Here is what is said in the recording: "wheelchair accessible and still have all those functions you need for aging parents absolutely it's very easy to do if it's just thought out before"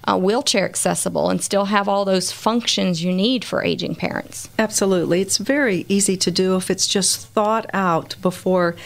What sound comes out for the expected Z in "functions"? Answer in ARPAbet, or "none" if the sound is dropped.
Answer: Z